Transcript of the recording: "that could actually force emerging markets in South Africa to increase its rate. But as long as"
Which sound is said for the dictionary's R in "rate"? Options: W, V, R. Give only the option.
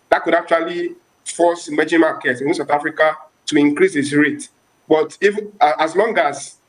R